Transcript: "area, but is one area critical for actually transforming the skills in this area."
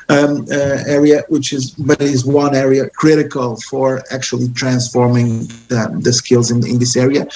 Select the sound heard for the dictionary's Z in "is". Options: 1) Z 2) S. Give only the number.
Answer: 1